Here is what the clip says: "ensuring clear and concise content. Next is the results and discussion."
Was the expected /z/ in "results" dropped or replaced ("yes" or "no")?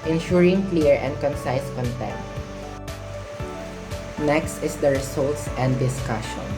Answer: yes